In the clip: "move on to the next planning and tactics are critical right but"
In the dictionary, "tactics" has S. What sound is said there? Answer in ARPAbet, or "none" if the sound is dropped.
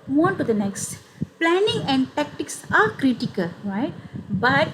S